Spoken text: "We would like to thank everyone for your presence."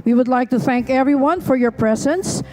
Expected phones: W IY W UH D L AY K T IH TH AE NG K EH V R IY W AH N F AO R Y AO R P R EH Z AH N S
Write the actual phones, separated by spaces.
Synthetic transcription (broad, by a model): W IY W UH D L AY K T IH TH AE NG K EH V R IY W AH N F AO R Y AO R P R EH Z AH N S